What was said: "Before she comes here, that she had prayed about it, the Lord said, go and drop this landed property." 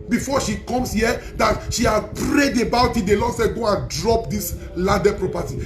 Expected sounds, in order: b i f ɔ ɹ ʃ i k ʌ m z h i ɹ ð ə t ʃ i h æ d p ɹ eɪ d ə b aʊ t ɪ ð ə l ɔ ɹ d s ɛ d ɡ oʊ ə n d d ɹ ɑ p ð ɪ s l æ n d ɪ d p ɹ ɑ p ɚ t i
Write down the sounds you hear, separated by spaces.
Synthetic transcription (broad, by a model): b i f ɔ ʃ i k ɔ m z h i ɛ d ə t ʃ i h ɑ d p ɹ eɪ d ə b aʊ t ɪ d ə l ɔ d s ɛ ɡ oʊ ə n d d ɹ ɑ p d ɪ s l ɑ d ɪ p ɹ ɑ p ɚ t i